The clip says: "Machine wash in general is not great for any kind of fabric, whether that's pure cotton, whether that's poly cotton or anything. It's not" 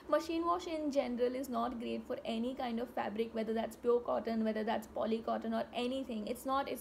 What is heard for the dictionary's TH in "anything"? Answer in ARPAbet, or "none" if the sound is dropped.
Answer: T